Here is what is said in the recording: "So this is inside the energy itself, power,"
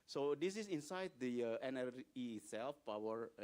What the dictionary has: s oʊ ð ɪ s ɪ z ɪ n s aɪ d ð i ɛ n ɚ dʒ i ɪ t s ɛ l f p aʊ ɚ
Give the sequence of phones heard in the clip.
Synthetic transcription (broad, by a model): s oʊ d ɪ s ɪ s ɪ n s aɪ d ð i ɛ n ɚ i s ɛ l f p aʊ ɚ